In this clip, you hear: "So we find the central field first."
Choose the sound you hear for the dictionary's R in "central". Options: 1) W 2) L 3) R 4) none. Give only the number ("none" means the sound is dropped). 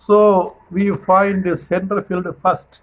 4